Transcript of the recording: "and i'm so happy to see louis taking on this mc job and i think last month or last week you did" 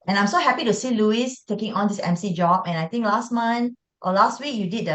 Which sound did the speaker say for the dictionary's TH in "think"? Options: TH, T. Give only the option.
T